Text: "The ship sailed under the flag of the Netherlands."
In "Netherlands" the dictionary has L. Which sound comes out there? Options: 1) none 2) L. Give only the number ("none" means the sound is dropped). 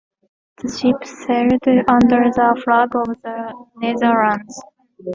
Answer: 1